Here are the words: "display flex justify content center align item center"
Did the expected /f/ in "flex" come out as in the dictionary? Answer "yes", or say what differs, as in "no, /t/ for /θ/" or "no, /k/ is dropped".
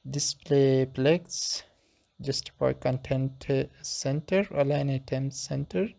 no, /p/ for /f/